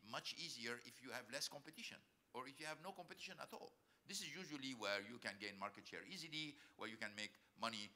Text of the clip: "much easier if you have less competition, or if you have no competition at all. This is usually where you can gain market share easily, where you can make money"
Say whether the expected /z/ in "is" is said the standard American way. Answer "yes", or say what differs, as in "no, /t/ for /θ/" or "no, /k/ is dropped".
yes